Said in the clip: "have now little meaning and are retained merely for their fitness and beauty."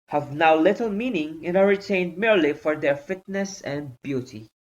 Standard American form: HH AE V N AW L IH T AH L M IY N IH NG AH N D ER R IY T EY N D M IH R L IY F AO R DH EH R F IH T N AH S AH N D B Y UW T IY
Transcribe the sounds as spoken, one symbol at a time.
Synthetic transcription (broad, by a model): HH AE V N AW L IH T L M IY N IH NG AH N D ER R IY T EY N D M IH R L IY F AO R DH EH R F IH T N AH S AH N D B Y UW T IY